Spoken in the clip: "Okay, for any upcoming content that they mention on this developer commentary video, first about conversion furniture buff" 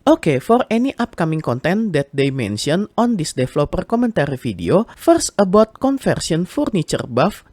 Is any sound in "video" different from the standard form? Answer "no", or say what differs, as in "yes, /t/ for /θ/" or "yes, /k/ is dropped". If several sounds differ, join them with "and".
yes, /f/ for /v/